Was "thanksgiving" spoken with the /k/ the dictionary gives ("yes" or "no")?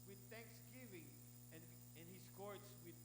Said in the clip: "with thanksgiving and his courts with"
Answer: yes